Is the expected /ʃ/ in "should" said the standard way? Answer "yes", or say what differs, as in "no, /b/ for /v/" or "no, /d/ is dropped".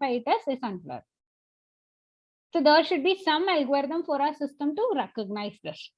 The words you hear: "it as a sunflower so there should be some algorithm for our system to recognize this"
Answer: yes